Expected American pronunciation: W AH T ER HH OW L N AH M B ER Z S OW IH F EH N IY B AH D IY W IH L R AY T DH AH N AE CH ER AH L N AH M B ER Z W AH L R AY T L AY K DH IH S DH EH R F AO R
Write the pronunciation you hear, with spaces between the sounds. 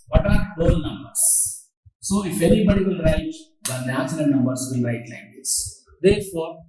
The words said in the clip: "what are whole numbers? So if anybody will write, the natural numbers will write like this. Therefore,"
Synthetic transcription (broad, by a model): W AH T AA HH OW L N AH M B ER S OW IH F EH N IY B AH D IY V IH L R AY T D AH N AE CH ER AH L N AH M B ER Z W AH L R AY T L AY K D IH S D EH R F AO R